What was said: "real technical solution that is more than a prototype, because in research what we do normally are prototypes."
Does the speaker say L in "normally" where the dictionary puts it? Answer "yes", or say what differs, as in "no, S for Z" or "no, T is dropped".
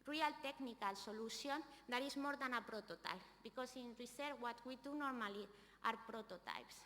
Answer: yes